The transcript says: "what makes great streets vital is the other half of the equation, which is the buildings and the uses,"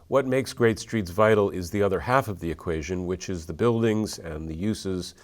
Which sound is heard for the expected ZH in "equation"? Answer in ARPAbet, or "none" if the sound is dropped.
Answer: ZH